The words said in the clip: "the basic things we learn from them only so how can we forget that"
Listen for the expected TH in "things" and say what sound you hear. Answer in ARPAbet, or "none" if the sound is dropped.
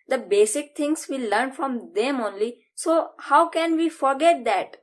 T